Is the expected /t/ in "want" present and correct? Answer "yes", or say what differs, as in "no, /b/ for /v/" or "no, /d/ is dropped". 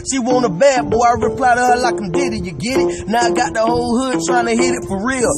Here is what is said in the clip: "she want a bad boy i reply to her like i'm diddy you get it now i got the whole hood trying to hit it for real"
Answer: no, /t/ is dropped